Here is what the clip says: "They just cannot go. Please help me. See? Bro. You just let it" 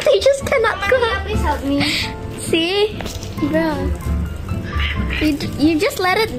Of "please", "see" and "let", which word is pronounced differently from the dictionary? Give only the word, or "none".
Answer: please